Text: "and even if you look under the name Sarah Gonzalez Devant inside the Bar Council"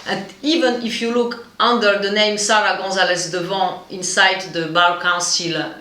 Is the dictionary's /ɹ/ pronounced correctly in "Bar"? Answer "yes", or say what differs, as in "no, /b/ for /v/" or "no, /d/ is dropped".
no, /l/ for /ɹ/